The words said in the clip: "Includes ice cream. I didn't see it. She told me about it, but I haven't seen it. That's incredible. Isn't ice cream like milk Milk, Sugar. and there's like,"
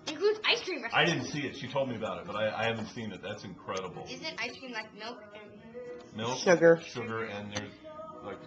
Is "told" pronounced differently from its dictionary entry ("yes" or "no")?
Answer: no